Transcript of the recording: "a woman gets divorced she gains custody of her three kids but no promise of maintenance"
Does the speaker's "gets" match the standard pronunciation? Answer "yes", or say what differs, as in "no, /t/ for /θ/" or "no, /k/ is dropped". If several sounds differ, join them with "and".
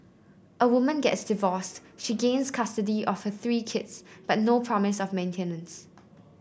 yes